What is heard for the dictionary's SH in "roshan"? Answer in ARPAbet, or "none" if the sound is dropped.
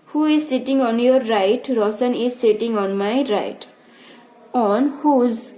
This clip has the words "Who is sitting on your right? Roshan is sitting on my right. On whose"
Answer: S